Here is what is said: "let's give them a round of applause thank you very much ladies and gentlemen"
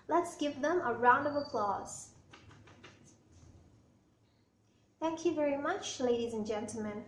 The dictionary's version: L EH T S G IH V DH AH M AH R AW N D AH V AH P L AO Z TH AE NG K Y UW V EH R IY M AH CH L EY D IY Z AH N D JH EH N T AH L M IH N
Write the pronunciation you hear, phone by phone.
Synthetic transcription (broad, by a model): L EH T S G IH V DH AH M AH R AW N D AH V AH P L AO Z TH AE NG K Y UW V EH R IY M AH CH L EY D IY Z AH N JH EH N T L M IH N